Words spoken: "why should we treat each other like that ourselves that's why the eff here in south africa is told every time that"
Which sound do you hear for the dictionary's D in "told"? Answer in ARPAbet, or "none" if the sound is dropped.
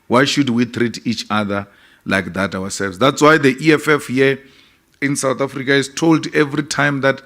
D